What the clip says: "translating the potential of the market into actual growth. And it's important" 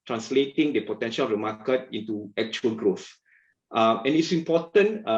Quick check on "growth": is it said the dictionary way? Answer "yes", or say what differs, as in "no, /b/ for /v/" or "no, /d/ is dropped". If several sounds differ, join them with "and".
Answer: yes